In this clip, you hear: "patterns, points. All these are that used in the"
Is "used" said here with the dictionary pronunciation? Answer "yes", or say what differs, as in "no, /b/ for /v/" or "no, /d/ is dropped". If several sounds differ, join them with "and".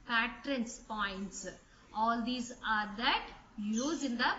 no, /d/ is dropped